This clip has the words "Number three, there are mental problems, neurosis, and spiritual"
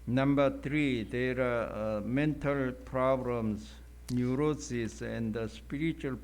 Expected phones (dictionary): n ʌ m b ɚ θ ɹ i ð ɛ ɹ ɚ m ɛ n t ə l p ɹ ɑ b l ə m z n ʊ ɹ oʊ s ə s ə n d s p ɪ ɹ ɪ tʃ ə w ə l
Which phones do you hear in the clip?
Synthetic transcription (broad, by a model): n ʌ m b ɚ t ɹ i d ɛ ɹ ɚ m ɛ n t ə l p ɹ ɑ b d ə m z n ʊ ɹ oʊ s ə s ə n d s p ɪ ɹ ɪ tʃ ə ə l